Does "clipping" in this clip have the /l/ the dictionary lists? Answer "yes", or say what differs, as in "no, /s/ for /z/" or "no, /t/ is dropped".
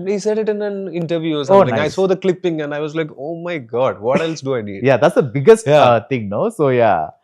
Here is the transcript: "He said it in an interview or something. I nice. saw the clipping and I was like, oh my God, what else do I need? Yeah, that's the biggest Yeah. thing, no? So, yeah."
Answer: yes